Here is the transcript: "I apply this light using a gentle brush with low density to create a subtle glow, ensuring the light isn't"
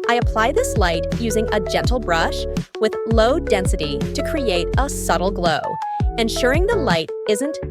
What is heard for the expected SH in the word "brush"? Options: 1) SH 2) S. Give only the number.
1